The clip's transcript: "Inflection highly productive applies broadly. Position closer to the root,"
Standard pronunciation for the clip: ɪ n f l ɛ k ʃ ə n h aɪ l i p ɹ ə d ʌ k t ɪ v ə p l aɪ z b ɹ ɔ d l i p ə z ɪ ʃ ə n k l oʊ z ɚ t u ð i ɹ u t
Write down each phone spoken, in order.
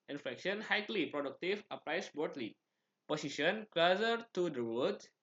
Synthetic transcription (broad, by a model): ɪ n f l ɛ k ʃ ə n h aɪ l i p ɹ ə d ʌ k t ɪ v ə p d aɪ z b ɔ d l i p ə s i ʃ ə n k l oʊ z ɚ t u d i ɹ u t